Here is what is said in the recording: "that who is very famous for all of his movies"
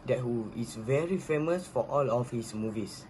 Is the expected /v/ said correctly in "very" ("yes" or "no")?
yes